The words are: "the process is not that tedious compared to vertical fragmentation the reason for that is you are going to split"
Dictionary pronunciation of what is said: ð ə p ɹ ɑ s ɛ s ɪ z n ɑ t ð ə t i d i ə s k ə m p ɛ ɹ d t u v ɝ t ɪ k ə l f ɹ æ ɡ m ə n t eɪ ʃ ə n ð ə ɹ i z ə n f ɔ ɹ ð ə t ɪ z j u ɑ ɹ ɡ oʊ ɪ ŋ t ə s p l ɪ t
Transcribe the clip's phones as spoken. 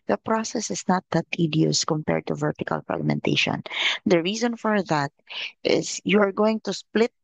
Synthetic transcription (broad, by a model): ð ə p ɹ ɑ s ɛ s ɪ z n ɑ t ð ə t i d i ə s k ə m p ɛ ɹ d t u v ɝ t ɪ k ə l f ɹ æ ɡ m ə n t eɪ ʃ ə n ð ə ɹ i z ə n f ɔ ɹ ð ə t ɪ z j u ɑ ɹ ɡ oʊ ɪ ŋ t ə s p l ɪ t